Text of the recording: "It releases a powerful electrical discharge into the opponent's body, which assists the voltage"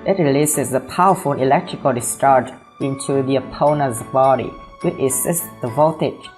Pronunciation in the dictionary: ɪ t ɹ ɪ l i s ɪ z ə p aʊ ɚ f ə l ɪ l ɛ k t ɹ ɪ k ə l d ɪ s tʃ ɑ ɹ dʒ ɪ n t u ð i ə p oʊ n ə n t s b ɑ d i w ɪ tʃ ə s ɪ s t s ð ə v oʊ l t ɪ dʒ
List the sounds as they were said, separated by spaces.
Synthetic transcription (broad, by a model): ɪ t ɹ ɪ l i s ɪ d ə p aʊ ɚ f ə n ɪ l ɛ k t ɹ ɪ k ə l d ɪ s tʃ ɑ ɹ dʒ ɪ n t u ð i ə p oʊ n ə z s b ɑ d i w ɪ tʃ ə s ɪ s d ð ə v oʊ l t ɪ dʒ